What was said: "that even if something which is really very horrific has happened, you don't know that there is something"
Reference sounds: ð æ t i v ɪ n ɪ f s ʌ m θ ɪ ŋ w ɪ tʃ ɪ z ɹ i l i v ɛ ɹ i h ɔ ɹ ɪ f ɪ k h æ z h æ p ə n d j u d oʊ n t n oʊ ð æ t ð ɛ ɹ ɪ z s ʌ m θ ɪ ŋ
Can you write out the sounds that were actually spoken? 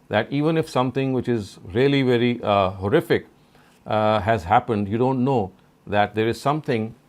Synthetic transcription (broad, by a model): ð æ t i v ɪ n ɪ f s ʌ m t ɪ ŋ w ɪ tʃ ɪ z ɹ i l i v ɛ ɹ i h ɔ ɹ ɪ f ɪ k h æ z h æ p ə n d j u d oʊ n t n oʊ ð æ t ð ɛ ɹ ɪ z s ʌ m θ ɪ ŋ